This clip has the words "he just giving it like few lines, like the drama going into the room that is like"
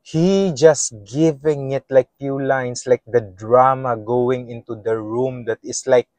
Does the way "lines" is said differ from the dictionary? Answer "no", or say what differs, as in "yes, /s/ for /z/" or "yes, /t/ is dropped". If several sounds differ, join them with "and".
yes, /s/ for /z/